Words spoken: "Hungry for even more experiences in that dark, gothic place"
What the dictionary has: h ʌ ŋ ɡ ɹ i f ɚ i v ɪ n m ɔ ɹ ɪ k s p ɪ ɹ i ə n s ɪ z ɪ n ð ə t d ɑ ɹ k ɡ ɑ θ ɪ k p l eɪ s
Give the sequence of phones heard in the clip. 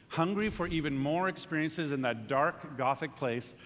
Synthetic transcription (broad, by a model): h ʌ ŋ ɡ ɹ i f ɚ i v ɪ n m ɔ ɹ ɪ k s p ɪ ɹ i ə n s ɪ z ɪ n ð ə t d ɑ ɹ k ɡ ɑ θ ɪ k p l eɪ s